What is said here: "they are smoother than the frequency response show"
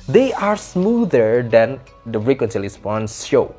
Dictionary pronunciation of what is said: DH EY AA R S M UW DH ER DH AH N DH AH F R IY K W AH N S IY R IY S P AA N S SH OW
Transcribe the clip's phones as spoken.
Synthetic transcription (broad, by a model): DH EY AA R S M UW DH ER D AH N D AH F R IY K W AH N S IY L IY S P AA N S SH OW